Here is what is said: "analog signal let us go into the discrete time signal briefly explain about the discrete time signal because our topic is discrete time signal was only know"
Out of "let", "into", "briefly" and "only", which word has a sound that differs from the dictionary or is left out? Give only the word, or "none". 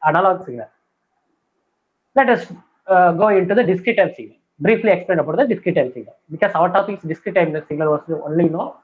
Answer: none